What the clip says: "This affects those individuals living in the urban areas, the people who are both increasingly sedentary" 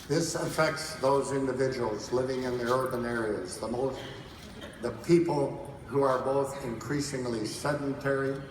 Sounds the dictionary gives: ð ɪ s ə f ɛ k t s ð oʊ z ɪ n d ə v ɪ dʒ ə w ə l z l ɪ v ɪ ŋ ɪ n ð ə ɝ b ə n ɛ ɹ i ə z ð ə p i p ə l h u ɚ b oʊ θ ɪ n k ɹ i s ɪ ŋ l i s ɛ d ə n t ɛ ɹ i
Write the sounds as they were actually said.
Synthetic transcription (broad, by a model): ð ɪ s ə f ɛ k t s ð oʊ z ɪ n d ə v ɪ dʒ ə w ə l z l ɪ v ɪ ŋ ɪ n ð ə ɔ b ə n ɛ ɹ i ə z ð ə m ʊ p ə l h u ɚ b oʊ θ ɪ n k ɹ i s ɪ ŋ l i s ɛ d n t ɛ ɹ i